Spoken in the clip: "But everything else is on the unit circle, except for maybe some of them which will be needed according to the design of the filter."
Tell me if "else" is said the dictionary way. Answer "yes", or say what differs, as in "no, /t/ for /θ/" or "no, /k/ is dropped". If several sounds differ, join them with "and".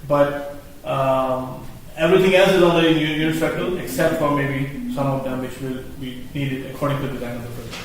yes